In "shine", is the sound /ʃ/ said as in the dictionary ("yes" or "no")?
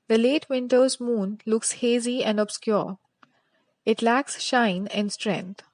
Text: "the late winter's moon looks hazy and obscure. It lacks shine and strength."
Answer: yes